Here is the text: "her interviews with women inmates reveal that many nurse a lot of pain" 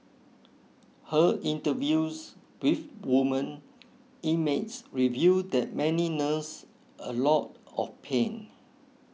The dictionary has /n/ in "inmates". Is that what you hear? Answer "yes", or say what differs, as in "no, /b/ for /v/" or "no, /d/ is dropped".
no, /n/ is dropped